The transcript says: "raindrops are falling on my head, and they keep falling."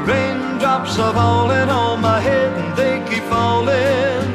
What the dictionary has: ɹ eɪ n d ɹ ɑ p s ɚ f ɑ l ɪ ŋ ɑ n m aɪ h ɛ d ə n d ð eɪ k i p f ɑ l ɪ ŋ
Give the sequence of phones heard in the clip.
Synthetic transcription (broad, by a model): ɹ eɪ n d ɹ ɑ p s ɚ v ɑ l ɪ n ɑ l m aɪ h ɛ d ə n ð eɪ k i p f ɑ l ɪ